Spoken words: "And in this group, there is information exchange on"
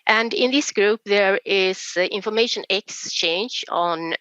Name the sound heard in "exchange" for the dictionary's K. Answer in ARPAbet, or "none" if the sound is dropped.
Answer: K